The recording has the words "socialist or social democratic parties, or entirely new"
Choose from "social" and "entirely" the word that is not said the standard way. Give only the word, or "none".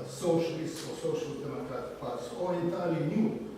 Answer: entirely